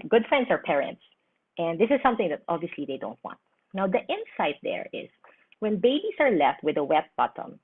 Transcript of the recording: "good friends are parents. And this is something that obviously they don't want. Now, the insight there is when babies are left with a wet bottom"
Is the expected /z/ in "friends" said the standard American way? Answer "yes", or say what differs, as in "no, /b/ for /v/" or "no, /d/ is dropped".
no, /s/ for /z/